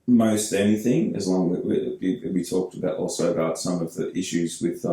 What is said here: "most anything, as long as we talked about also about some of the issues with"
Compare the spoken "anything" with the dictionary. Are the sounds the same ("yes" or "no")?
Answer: yes